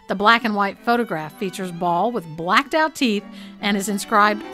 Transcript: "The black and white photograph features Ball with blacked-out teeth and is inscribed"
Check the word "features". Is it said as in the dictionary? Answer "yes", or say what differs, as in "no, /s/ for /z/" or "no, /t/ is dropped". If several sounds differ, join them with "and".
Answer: yes